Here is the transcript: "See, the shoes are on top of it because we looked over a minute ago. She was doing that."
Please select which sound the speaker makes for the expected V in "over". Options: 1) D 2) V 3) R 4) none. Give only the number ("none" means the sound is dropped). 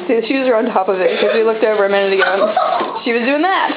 2